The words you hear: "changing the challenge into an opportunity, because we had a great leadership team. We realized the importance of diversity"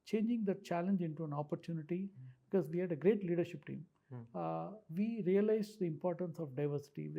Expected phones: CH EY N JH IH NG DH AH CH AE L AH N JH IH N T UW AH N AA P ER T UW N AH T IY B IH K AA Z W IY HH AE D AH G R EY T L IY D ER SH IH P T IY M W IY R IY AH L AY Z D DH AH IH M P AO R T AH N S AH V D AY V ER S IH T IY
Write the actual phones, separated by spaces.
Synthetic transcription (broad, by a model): CH EY N JH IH NG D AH CH AE L AH N JH IH N T UW AH N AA P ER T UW N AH T IY B IH K AA Z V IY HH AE D AH G R EY T L IY D ER SH IH P T IY M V IY R IY AH L AY Z D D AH IH M P AO R T AH N S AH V D AY V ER S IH T IY